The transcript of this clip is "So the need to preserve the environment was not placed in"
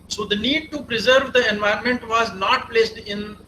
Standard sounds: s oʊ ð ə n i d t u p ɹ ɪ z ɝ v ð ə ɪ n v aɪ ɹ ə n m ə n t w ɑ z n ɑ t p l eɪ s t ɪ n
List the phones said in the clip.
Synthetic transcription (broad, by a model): s oʊ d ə n i d t u p ɹ ɪ z ɝ v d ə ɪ n v aɪ ə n m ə n t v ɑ z n ɑ t p l eɪ s t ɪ n